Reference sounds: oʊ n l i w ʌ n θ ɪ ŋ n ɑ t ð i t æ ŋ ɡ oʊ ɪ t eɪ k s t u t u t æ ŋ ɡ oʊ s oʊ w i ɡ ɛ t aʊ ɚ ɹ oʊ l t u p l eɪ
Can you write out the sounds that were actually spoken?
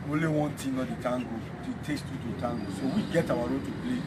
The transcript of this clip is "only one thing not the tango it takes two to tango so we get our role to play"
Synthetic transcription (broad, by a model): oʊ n l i w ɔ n t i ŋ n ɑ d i t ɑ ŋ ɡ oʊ ɪ t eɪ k s t u t u t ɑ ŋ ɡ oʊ s oʊ w i ɡ ɛ t aʊ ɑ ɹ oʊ t u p l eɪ